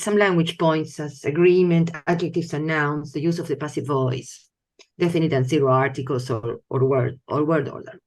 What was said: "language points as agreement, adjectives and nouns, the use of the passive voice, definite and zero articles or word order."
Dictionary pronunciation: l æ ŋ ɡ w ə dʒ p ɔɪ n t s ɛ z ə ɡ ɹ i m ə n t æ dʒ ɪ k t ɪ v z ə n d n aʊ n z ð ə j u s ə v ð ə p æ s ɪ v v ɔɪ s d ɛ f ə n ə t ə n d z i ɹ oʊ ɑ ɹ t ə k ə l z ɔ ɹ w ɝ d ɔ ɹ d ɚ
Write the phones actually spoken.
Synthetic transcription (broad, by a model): l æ ŋ ɡ w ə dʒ p ɔɪ n t s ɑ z ə ɡ ɹ i m ə n t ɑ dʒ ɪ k t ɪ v s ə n n aʊ n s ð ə j u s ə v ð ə p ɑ s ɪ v v ɔɪ s d ɛ f ə n ə t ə n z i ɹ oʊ ɑ ɹ t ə k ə l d ɔ ɹ w ɝ d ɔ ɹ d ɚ